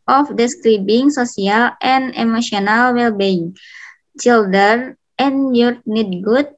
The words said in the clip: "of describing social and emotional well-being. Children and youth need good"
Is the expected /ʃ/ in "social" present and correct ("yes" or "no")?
no